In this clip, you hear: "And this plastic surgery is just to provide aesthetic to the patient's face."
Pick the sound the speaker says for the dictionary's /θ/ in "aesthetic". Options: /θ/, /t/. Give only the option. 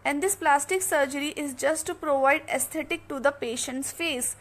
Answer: /t/